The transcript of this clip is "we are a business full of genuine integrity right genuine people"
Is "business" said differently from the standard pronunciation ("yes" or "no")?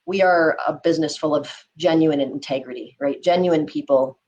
no